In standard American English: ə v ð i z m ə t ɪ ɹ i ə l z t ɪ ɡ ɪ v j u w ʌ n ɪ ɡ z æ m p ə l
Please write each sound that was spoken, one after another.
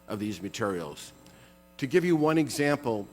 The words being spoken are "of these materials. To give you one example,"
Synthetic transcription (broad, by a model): ə v ð i z m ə t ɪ ɹ i l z t ɪ ɡ ɪ v j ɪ w ʌ n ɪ ɡ z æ m p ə l